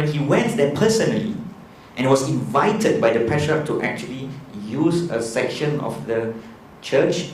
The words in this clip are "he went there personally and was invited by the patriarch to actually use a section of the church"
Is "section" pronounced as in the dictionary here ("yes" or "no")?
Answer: yes